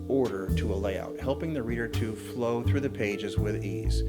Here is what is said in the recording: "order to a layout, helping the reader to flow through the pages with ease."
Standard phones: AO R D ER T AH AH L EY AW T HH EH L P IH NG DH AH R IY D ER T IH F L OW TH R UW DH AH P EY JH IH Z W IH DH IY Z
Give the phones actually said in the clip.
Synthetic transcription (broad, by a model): AO R D ER T AH AH L EY AW T HH EH L P IH NG DH AH R IY D ER T IH F L OW TH R UW DH AH P EY JH IH Z W IH DH IY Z